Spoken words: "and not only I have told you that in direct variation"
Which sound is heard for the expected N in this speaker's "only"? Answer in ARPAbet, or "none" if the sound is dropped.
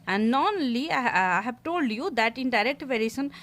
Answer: none